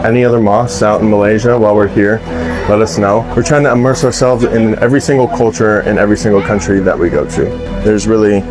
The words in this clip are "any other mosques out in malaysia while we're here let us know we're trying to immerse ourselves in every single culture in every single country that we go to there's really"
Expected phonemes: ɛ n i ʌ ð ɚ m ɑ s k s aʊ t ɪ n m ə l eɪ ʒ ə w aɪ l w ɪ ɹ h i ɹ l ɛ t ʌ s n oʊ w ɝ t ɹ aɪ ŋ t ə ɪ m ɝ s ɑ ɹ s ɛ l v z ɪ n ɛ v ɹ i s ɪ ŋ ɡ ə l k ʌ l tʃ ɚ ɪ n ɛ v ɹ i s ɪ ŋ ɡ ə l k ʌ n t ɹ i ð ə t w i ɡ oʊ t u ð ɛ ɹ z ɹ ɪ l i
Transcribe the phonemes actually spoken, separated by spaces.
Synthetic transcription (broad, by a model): ɛ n i ʌ ð ɚ m ɑ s s aʊ t n m ə l eɪ ʒ ə w aɪ l w ɪ ɹ h i ɹ l ɛ t ʌ s n oʊ w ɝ t ɹ aɪ ŋ t ə ɪ m ɝ s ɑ ɹ s ɛ l v z ɪ n ɛ v ɹ i s ɪ ŋ ɡ l k ʌ l tʃ ɚ ɪ n ɛ v ɹ i s ɪ ŋ ɡ l k ʌ n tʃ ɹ i ð ə t w i ɡ oʊ t u ð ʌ ɹ z ɹ ɪ l i